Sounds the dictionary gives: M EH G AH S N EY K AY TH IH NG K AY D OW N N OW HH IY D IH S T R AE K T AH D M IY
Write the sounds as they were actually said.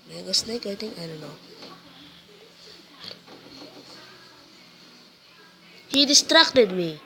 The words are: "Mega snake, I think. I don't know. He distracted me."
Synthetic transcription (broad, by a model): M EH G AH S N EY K AY T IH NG AY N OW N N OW HH IY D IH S T R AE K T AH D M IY